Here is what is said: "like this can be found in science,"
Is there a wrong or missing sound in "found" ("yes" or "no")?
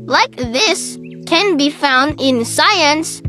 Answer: no